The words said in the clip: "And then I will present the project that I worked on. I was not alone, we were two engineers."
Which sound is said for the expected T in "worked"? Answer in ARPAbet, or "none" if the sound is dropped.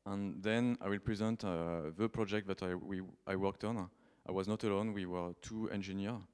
T